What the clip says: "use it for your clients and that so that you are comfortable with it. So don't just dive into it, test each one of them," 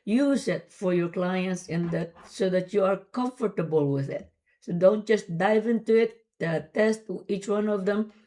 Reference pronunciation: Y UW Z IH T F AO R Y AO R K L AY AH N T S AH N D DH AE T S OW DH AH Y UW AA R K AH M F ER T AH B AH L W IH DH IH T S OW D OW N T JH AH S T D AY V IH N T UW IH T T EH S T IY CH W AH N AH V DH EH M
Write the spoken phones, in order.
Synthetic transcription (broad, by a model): Y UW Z IH T F AO R Y AO R K L AY AH N T S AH N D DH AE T S OW DH AH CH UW AA R K AH M F ER T AH B AH L W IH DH IH T S OW D OW N T JH AH S T D AY V IH N T UW IH T T EH S T IY CH W AH N AH V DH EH M